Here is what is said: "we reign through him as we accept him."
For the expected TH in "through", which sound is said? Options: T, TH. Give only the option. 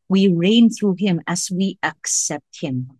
TH